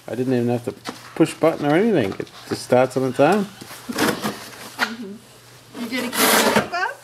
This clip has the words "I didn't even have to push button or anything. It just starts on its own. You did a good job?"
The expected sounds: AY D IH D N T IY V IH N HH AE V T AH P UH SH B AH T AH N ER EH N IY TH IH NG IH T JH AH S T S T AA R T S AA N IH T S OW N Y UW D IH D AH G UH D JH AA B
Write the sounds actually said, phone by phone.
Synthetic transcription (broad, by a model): AY D IH D N T IY V IH N HH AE F T AH P UH SH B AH T N ER EH N IY TH IH NG IH T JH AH S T S T AA R T S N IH T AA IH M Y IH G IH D AH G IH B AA